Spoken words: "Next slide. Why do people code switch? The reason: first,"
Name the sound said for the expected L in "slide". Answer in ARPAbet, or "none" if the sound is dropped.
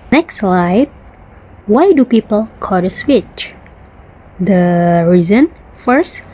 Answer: L